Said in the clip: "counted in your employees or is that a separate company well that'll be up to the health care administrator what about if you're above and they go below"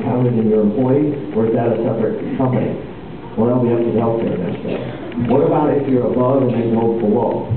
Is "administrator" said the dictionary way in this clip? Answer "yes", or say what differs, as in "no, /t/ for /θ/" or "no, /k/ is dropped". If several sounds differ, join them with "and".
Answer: no, /ɹ/ is dropped